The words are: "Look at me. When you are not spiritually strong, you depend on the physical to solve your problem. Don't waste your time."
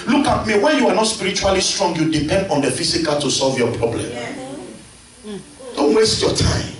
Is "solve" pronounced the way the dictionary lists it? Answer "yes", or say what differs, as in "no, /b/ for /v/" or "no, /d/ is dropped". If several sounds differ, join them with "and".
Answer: yes